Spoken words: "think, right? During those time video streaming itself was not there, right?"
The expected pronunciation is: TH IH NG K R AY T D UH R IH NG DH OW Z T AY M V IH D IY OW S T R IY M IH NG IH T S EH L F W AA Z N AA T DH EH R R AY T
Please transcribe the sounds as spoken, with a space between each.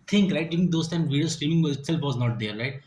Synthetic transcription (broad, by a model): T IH NG K R AY T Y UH IH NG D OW S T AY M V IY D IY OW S T R IY M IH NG IH T S EH L F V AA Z N AA T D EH R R AY T